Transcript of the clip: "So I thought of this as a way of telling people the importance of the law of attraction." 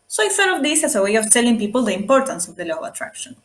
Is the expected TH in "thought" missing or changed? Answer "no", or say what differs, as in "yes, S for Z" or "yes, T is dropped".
yes, S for TH